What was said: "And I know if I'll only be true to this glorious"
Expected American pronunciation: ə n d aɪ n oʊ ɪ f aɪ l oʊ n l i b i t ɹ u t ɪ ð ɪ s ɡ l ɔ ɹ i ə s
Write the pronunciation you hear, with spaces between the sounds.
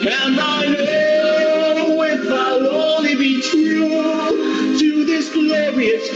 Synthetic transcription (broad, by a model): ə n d aɪ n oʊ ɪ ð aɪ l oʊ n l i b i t u t ɪ ð ɪ s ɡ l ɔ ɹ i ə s